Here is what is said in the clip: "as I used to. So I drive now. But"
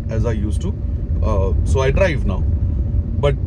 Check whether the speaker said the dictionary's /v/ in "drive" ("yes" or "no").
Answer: yes